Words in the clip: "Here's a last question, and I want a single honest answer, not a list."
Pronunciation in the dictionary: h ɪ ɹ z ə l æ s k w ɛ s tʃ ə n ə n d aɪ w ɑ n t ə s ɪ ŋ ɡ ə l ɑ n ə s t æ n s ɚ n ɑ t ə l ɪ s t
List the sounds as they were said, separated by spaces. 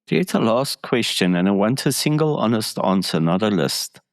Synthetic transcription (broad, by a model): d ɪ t ə l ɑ s k w ɛ s tʃ ə n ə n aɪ w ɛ n t ə s ɪ ŋ ɡ ə l ɑ n ə s t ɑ n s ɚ n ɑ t ə l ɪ s t